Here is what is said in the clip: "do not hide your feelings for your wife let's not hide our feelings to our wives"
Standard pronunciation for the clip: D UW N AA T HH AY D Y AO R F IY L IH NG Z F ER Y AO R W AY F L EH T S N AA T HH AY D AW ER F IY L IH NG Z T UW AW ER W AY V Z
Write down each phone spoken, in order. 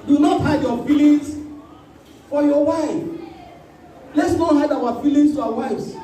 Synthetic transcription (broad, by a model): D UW N AA T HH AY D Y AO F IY L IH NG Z F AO Y AO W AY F L EH T S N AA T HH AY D AW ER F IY L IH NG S T UW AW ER W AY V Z